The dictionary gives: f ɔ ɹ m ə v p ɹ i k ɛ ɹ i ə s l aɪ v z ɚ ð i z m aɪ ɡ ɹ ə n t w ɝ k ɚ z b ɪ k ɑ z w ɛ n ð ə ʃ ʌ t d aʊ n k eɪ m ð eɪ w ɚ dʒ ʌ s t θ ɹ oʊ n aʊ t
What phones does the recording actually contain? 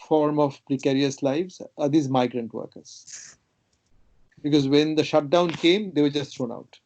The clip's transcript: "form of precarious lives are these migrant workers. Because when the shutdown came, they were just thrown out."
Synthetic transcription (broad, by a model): f ɔ ɹ m ə v p ɹ i k ɛ ɹ i ə s l aɪ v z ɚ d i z m aɪ ɡ ɹ ə n t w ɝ k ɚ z b ɪ k ɑ z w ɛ n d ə ʃ ʌ t d aʊ n k eɪ m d eɪ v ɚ dʒ ʌ s t t ɹ oʊ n aʊ t